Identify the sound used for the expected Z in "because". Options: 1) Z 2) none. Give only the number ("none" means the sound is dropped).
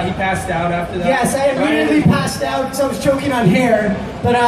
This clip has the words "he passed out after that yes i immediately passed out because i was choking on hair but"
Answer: 2